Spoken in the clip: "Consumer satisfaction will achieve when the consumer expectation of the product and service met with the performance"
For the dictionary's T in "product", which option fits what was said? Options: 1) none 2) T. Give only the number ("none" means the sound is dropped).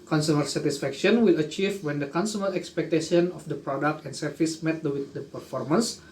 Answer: 2